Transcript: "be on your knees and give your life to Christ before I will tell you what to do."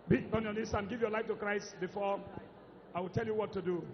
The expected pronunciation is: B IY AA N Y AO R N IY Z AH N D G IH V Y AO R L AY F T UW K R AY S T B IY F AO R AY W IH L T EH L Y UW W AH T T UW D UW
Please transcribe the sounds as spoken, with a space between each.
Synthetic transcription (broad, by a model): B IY AA N Y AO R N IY S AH N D G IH V Y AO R L AY F T UW K R AY S T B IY F AO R AY W IH L T EH L Y UW W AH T T UW D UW